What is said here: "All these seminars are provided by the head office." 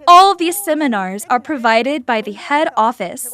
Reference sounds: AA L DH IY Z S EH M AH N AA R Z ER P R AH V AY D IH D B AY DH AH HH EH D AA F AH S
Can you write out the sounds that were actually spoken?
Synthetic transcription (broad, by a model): AA L DH IY Z S EH M AH N AA R Z ER P R AH V AY D IH D B AY DH AH HH EH D AA F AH S